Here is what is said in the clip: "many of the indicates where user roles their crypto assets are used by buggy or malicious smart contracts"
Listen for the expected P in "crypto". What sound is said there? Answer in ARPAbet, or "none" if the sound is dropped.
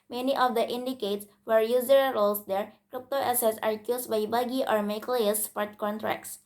P